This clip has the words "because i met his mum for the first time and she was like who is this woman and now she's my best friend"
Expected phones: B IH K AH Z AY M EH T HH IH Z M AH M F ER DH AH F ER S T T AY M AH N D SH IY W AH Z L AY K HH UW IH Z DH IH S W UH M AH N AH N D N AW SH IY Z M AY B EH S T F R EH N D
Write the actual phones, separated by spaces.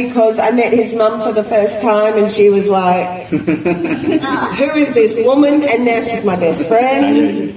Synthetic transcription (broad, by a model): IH K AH Z AY M EH T HH IH Z M AH M F ER DH AH F ER S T T AY M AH N SH IY W AH Z L AY K HH UW IH Z DH IH S W UH M AH N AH N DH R SH IY Z M AY B EH S T F R EH N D